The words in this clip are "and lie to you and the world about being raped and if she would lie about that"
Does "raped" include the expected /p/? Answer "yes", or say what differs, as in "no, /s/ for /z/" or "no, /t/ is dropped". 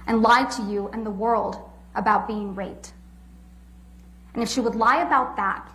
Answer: no, /p/ is dropped